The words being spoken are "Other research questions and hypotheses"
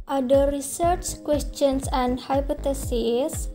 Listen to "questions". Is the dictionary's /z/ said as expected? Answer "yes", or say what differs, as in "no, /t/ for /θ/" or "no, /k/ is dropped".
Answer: no, /s/ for /z/